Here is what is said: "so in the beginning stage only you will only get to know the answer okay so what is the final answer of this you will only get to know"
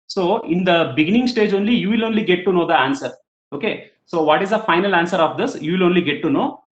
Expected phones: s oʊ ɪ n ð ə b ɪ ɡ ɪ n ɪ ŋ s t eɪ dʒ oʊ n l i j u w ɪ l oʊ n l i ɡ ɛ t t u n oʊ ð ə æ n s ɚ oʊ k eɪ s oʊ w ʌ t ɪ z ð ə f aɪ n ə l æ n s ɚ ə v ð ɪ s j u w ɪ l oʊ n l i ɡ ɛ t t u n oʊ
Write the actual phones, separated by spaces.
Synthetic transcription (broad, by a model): s oʊ ɪ n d ə b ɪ ɡ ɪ n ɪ ŋ s t eɪ dʒ oʊ n l i j u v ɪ l oʊ n l i ɡ ɛ t t u n oʊ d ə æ n s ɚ oʊ k eɪ s oʊ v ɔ t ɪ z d ə f aɪ n ə l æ n s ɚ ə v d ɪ s j u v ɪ l oʊ n l i ɡ ɛ t t u n oʊ